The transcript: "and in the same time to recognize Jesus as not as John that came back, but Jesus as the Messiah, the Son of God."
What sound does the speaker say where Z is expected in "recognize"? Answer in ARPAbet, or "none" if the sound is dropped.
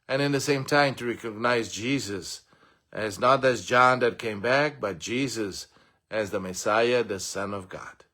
Z